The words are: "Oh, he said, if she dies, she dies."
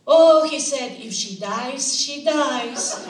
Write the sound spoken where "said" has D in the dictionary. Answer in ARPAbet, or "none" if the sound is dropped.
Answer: D